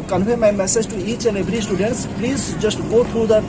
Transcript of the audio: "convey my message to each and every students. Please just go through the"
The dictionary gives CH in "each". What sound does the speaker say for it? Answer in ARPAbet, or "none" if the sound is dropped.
S